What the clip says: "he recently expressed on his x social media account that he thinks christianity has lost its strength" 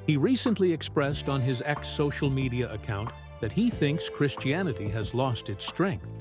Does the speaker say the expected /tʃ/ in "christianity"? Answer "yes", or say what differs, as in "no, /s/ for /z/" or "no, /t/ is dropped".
yes